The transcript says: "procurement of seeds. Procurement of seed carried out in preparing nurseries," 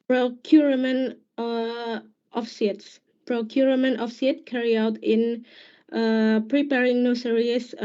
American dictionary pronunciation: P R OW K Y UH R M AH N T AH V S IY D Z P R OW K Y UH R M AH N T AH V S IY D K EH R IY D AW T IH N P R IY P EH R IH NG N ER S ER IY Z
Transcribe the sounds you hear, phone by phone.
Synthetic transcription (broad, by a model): P R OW K Y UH R M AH N T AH F S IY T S P R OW K Y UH R M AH N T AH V S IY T K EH R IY AW T IH N P R IY P EH R IH NG N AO S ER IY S